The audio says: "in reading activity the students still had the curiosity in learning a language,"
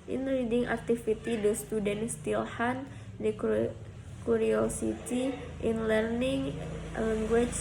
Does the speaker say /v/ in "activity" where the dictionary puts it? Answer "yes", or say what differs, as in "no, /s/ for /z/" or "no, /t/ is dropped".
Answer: no, /f/ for /v/